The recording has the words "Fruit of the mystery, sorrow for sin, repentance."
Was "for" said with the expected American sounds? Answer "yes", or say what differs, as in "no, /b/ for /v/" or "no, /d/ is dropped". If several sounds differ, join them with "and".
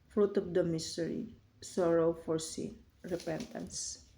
yes